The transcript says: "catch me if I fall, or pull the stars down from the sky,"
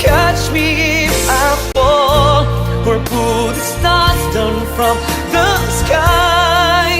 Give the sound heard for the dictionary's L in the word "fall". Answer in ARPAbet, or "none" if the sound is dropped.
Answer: W